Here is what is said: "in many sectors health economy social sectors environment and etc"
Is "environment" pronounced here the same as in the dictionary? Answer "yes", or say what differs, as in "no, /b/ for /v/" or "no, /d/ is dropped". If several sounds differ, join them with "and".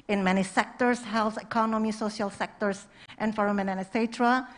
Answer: no, /t/ is dropped